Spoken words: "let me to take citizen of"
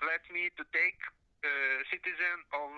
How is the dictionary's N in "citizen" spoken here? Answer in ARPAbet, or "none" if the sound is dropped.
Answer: N